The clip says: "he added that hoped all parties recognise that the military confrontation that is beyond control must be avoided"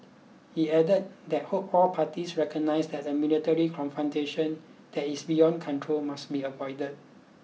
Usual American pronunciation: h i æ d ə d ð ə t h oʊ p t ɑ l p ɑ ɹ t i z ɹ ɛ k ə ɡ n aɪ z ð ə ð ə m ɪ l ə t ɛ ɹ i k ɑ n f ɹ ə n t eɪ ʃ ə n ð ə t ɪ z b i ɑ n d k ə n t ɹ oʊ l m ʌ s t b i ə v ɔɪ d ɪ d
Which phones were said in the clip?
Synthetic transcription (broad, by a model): h i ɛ d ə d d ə t h oʊ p ɑ l p ɑ t i s ɹ ɛ k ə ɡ n aɪ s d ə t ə m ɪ l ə t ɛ ɹ i k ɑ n f ɹ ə n t eɪ ʃ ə n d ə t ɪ s b i ɑ n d k ə n t ɹ oʊ l m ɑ s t b i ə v ɔɪ d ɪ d